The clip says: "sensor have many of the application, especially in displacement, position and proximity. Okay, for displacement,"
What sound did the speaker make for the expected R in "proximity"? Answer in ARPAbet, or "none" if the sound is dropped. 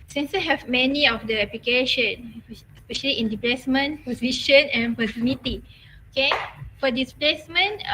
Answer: none